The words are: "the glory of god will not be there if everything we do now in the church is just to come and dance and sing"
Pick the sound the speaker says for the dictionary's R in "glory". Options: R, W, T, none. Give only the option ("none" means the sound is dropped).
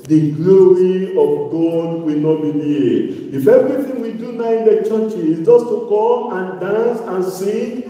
R